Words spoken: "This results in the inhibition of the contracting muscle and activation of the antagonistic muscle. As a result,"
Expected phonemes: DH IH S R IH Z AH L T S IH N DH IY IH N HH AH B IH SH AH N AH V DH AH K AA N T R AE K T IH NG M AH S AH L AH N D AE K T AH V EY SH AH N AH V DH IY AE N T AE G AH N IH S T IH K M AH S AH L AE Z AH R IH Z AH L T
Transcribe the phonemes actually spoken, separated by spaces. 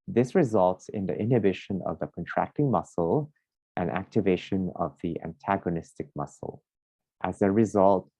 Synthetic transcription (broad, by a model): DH IH S R IH Z AH L T S IH N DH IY IH N HH AH B IH SH AH N AH V DH AH K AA N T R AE K T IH NG M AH S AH L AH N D AE K T AH V EY SH AH N AH V DH IY AE N T AE G AH N IH S T IH K M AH S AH L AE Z AH R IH Z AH L T